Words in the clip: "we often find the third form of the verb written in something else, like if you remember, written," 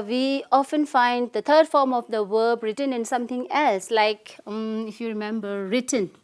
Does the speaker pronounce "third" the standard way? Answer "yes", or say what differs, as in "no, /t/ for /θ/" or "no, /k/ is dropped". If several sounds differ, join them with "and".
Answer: no, /t/ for /θ/